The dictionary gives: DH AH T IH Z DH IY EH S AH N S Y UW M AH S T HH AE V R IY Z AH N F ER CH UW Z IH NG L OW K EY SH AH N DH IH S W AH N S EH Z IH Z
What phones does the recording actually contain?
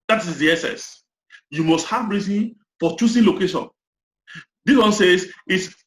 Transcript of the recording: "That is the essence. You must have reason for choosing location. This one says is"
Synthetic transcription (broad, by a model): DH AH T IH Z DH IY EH S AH S Y UW M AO S T HH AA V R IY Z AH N F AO CH UW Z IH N L OW K EY SH AH N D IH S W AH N S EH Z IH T